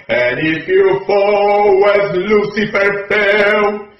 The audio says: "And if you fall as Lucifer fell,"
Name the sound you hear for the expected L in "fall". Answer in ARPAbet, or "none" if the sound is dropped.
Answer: W